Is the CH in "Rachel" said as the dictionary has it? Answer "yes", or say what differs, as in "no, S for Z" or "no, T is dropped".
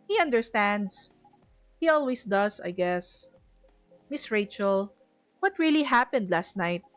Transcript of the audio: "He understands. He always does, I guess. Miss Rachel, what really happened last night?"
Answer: yes